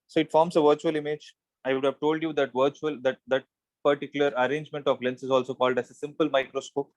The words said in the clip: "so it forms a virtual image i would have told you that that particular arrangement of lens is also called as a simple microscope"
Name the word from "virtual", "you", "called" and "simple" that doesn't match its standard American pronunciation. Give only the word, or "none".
none